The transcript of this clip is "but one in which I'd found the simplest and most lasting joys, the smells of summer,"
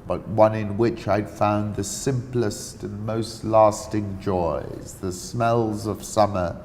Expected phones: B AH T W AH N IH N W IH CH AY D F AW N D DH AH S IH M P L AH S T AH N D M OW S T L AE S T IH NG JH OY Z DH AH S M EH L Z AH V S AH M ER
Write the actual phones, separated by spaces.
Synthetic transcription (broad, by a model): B AH T W AH N IH N W IH CH AY D F AW N DH AH S IH M P L AH S T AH N M OW S T L AE S T IH NG JH OY Z DH AH S M EH L Z AH V S AH M ER